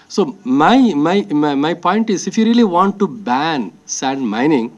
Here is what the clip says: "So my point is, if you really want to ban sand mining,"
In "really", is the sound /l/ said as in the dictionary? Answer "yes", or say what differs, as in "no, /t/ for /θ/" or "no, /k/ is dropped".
yes